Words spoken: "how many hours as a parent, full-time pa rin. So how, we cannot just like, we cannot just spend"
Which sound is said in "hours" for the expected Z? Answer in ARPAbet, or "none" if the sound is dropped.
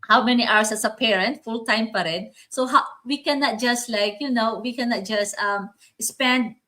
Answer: S